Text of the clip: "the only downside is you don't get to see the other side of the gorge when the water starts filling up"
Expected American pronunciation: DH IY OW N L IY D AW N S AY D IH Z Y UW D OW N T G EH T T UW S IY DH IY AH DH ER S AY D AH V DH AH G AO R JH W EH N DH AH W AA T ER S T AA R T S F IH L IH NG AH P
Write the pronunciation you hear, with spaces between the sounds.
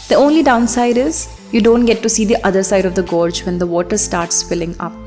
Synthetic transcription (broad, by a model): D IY OW N L IY D AW N S AY D IH Z Y UW D OW N T G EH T T UW S IY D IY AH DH ER S AY D AH V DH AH G AO R JH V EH N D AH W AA T ER S T AA R T S F IH L IH NG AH P